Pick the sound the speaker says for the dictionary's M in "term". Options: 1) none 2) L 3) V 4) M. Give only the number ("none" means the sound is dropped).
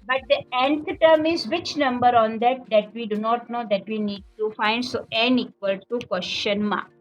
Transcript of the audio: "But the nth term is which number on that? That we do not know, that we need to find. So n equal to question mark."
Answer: 4